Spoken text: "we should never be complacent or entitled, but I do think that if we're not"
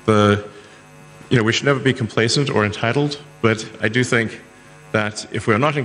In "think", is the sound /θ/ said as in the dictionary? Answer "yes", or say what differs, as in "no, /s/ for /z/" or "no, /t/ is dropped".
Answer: yes